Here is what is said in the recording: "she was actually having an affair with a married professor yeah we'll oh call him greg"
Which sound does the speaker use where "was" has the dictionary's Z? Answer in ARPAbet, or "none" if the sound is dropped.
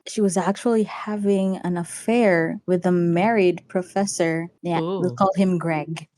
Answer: Z